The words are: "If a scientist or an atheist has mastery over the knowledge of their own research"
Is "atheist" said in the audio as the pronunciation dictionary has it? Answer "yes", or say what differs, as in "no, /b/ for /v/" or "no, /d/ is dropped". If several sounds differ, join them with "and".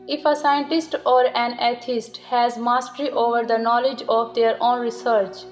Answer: no, /t/ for /θ/